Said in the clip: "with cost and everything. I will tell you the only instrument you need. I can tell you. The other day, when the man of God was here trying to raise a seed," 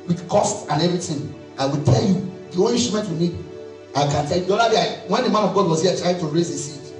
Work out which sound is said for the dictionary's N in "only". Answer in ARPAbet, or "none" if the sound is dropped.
none